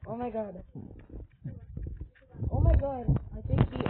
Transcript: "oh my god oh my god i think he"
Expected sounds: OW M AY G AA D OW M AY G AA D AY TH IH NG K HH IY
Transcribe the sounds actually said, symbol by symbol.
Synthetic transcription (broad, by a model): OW M AY G AA D OW M AY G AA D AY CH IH K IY